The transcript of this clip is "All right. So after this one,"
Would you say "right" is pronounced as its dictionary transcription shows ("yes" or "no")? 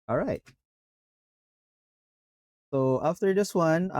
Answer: yes